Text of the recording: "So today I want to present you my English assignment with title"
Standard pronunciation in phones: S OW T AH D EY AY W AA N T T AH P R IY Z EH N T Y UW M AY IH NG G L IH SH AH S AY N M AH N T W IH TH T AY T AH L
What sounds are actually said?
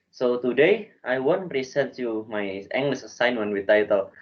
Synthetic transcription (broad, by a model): S OW T AH D EY AY W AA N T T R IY S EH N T Y UW M AY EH NG G L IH S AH S AY N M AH N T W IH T AY T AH L